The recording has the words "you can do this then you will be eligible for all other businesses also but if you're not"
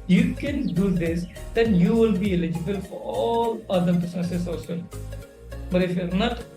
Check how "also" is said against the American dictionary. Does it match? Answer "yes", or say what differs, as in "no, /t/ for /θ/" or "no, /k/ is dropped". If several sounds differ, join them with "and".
no, /l/ is dropped